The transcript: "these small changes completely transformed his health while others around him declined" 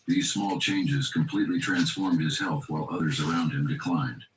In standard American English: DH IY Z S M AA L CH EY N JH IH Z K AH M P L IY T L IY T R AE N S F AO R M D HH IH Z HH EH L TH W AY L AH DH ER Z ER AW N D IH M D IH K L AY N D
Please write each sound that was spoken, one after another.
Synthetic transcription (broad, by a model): DH IY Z S M AA L CH EY N JH IH Z K AH M P L IY T L IY T R AE N S F AO R M D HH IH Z HH EH L TH W AY L AH DH ER Z ER AW N D IH M D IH K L AY N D